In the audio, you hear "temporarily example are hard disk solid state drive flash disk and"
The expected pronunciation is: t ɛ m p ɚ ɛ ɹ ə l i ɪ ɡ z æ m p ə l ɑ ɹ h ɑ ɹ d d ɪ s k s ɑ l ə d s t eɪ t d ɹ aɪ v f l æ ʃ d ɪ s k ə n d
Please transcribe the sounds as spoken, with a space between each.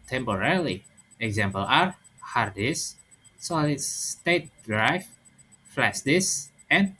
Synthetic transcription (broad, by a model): t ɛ m p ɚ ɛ ɹ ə l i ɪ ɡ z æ m p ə l ɑ ɹ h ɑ ɹ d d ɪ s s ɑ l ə s t eɪ t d ɹ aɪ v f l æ s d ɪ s ə n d